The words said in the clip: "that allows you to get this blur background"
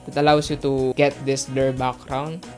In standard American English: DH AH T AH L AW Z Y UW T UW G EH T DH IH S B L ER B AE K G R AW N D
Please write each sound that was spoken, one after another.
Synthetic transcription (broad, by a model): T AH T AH L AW S Y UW T UW G EH T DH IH S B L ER B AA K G R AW N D